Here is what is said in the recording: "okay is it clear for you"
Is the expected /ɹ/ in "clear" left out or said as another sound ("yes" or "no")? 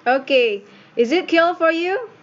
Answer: yes